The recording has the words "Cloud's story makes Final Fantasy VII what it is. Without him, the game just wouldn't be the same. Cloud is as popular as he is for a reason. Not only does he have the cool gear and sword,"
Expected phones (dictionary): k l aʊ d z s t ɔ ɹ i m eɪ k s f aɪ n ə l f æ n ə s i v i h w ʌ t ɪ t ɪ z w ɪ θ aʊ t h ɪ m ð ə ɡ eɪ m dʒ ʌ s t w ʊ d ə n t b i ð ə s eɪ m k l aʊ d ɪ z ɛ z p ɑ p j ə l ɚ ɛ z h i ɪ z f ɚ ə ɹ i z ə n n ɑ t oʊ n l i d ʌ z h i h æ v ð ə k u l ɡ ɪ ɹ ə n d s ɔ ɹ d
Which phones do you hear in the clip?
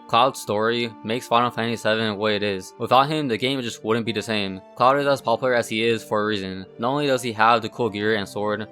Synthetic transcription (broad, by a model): k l aʊ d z s t ɔ ɹ i m eɪ k s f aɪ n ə n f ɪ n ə s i v i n w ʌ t ɪ t ɪ z w ɪ θ aʊ t h ɪ m ð ə ɡ eɪ m dʒ ʌ s t w ʊ d n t b i ð ə s eɪ m k l aʊ d ɪ z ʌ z p ɑ p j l ɚ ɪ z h i ɪ z f ɚ ə ɹ i z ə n n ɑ t oʊ n l i d ʌ z i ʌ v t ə k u l ɡ ɪ ɹ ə n s ɔ ɹ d